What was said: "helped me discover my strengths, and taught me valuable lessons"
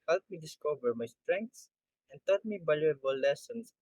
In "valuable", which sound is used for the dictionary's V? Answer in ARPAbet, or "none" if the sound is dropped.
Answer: B